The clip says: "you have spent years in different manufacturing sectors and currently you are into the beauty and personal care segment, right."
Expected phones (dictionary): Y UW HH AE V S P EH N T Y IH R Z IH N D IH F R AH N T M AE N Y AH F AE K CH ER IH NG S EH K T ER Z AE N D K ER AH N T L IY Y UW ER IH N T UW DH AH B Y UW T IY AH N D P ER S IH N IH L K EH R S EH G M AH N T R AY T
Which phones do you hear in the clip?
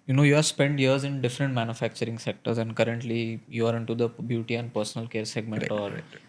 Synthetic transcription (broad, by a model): Y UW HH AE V S P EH N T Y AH R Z IH N D IH F R AH N T M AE N Y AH F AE K CH ER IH NG S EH K T ER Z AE N D K ER AH N T L IY Y UW ER IH N T UW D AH B Y UW T IY AH N D P ER S IH N IH L K EH R S EH G M AH N T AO T